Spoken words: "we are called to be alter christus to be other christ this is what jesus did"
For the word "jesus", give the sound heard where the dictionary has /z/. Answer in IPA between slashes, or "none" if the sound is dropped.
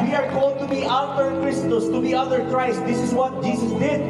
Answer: /s/